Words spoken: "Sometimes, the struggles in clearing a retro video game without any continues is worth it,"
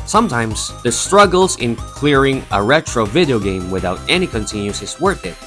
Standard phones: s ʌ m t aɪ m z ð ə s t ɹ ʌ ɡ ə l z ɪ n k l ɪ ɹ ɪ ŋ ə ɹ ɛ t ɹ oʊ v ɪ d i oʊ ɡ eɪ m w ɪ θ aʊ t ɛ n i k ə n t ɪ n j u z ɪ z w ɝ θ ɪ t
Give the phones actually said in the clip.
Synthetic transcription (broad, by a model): s ʌ m t aɪ m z ð ə s t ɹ ʌ ɡ l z ɪ n k l ɪ ɹ ɪ ŋ ə ɹ ɛ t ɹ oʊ v ɪ d i oʊ ɡ eɪ m w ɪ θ aʊ t ɛ n i k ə n t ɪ n j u s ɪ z w ɝ θ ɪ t